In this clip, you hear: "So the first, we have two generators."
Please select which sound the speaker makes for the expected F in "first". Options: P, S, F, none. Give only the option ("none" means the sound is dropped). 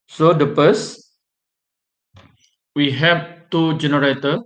P